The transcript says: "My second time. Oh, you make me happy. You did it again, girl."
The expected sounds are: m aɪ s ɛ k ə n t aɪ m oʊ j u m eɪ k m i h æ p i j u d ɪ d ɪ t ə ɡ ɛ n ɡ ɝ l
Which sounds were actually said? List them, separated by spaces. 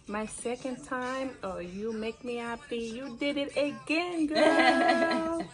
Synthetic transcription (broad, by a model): m aɪ s ɛ k ə n t aɪ m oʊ j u m eɪ k m i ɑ b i j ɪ d ɪ d ɪ t ə ɡ ɛ n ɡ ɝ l